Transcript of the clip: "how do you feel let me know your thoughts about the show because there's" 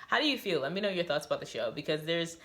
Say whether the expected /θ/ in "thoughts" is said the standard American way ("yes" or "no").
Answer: yes